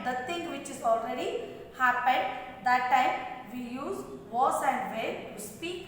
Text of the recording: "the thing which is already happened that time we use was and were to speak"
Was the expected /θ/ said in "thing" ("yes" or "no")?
no